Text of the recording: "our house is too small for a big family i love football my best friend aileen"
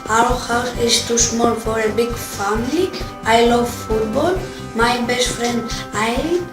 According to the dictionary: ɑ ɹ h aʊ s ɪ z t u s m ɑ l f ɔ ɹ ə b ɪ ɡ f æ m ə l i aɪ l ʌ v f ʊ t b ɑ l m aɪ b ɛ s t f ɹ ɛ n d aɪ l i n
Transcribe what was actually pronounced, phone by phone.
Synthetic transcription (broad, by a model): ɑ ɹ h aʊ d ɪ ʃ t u ʃ m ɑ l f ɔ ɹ ə b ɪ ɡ f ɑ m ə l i aɪ l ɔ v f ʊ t b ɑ l m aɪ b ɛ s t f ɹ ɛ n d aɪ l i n